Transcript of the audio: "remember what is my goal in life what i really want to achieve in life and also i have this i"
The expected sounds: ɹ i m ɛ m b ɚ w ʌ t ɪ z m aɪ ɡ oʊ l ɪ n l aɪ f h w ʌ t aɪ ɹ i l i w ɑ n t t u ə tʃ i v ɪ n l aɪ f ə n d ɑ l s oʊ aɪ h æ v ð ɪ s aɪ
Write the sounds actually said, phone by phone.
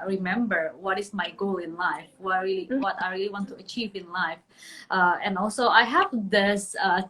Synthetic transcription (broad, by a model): ɹ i m ɛ m b ɚ w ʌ t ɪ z m aɪ ɡ oʊ l ɪ n l aɪ f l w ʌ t aɪ ɹ i l i w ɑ n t t u ə tʃ i v ɪ n l aɪ f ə n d ɑ l s oʊ aɪ h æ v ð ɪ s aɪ